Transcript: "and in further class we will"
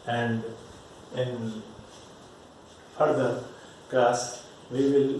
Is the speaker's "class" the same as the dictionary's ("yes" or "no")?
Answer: no